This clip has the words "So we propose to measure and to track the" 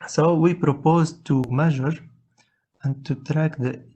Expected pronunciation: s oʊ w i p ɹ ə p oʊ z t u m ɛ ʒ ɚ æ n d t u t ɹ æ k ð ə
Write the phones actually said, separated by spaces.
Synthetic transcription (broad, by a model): s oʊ w i p ɹ ə p oʊ z t u m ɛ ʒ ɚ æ n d t u t ɹ æ k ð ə